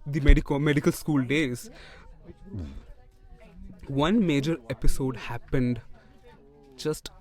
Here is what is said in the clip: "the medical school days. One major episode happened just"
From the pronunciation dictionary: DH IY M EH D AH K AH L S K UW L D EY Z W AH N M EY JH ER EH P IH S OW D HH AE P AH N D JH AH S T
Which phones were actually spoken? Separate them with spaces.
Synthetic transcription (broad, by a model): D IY M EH D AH K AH L S K UW L D EY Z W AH N M EY JH ER EH P IH S OW D HH AE P AH N D JH AH S T